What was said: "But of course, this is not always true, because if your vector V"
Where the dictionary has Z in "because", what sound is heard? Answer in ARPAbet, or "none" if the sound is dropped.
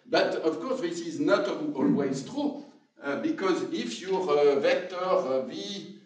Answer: Z